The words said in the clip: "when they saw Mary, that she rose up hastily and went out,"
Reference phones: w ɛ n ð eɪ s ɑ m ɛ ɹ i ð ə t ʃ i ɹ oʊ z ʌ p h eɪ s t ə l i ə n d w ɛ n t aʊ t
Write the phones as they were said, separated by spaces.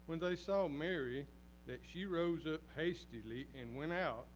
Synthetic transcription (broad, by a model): w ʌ n ð eɪ s ɑ m ɛ ɹ i ð ə t ʃ i ɹ oʊ z ʌ p h eɪ s t ə l i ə n w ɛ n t aʊ t